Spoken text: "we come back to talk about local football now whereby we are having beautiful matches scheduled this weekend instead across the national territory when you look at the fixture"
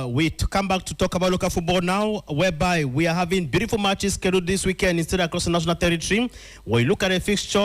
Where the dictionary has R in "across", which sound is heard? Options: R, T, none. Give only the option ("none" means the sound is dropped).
R